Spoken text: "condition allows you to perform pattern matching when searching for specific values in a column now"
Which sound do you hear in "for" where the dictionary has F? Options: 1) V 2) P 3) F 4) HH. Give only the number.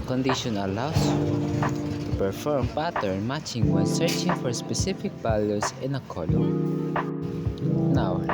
3